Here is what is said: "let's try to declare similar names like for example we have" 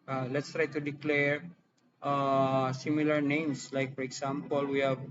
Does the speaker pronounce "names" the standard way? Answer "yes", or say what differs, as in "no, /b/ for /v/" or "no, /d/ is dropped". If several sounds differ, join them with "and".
no, /s/ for /z/